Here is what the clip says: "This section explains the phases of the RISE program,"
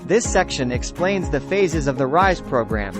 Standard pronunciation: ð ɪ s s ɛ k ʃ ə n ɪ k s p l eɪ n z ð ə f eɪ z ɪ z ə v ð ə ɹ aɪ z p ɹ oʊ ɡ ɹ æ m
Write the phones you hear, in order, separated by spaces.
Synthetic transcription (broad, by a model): ð ɪ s s ɛ k ʃ ə n ɪ k s p l eɪ n z ð ə f eɪ z ɪ z ə v ð ə ɹ aɪ z p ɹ oʊ ɡ ɹ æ m